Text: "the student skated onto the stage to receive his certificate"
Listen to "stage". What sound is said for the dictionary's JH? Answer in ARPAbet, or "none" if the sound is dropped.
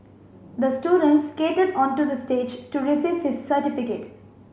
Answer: JH